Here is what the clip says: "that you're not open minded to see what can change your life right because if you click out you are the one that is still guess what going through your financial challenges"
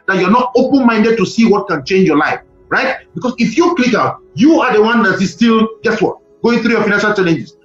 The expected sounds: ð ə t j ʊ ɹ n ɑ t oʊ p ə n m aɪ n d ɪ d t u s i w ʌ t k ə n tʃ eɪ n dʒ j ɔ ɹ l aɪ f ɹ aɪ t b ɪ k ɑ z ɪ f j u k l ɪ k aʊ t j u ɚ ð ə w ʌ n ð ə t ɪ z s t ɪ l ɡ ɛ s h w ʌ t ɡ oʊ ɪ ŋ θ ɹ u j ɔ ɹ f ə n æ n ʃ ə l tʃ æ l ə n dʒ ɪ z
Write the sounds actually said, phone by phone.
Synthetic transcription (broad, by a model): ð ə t j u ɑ n ɑ t oʊ p ə n m aɪ n d ɪ d t u s i w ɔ t k ə n tʃ eɪ n dʒ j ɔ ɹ l aɪ f ɹ aɪ t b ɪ k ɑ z ɪ f j u k l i k aʊ t j u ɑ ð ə w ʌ n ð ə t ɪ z s t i l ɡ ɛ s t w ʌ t ɡ oʊ ɪ ŋ θ ɹ u j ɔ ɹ f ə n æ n ʃ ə l tʃ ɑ l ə n dʒ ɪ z